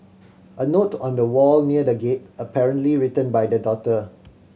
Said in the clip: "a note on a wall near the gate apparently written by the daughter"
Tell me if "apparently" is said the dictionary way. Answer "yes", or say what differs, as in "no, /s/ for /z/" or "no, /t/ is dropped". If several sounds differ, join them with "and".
yes